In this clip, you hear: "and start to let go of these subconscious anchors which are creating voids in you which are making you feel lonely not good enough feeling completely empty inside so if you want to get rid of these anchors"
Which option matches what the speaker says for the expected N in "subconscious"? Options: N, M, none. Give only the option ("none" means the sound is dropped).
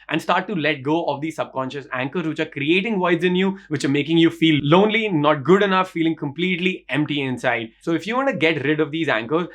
N